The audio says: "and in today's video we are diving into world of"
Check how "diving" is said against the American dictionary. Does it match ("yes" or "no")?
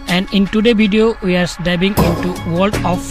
no